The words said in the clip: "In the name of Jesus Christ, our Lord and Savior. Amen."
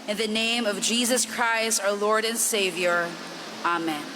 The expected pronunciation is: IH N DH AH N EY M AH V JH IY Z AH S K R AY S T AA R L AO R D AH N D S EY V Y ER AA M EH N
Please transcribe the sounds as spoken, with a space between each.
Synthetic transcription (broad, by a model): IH N DH AH N EY M AH V JH IY Z AH S K R AY S T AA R L AO R D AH N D S EY V Y ER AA M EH N